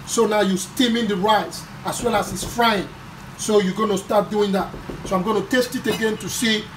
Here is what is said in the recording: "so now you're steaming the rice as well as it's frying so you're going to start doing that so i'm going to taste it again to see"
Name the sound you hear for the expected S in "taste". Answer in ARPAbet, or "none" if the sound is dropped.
S